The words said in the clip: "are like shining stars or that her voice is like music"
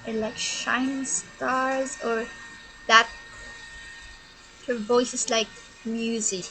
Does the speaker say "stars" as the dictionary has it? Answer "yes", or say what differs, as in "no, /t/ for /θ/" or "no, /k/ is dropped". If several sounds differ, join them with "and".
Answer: yes